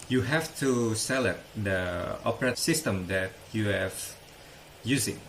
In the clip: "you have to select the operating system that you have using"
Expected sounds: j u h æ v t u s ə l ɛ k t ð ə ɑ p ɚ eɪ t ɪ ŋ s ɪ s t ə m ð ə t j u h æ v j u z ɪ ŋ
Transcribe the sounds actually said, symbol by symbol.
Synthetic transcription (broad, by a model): j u h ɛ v t u s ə l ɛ t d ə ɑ p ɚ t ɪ s ɪ s t ə m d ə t j u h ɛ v j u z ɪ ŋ